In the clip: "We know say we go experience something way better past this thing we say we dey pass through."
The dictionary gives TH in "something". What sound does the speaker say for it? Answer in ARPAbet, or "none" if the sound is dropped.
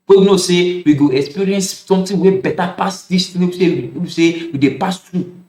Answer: T